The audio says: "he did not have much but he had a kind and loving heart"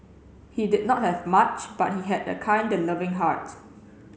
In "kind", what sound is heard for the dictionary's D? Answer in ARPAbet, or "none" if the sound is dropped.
D